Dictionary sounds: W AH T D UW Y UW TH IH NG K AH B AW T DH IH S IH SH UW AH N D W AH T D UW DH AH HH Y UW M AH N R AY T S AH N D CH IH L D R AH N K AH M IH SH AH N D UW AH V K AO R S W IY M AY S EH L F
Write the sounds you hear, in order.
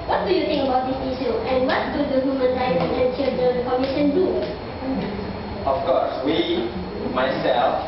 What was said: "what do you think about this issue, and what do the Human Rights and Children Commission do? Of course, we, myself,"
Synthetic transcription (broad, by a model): W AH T D UW Y UW T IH NG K AH B AW T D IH S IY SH UW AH N W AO T D UW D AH HH Y UW M AH N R AY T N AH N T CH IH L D AH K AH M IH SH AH N D UW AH F K AO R S W IY M AY S EH L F